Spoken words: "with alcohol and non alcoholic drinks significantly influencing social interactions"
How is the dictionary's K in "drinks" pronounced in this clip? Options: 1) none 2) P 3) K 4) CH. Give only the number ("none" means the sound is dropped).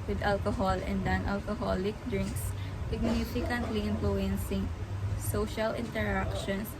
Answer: 3